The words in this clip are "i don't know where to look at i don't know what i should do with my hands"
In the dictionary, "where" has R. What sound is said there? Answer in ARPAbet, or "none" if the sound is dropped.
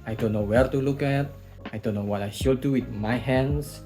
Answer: R